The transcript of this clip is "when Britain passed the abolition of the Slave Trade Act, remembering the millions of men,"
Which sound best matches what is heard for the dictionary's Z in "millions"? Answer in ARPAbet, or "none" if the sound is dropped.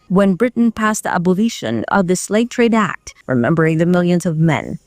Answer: Z